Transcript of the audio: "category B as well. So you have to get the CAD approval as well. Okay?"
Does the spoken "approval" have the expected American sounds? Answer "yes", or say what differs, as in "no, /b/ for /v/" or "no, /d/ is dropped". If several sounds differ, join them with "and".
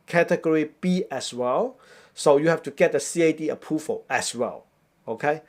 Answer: no, /f/ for /v/